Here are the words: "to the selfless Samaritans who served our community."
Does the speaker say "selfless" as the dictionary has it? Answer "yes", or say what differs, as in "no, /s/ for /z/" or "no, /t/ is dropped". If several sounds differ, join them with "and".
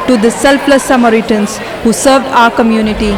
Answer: no, /p/ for /f/